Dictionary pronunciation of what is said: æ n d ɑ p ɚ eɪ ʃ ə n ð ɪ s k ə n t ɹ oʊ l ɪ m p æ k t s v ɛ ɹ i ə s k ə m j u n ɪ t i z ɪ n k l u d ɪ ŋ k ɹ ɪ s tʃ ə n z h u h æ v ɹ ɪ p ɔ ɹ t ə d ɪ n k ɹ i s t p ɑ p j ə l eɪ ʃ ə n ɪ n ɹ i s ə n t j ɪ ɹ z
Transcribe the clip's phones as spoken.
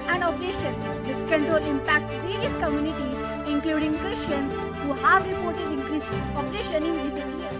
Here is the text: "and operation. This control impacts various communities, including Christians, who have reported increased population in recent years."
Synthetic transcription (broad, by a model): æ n d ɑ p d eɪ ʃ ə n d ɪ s k ə n t ɹ oʊ l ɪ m p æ k t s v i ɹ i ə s k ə m j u n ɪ t i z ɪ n k l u d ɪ ŋ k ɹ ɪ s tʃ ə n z h u h æ v ɹ ɪ p ɔ ɹ t ə d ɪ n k ɹ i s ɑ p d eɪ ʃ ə n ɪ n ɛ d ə t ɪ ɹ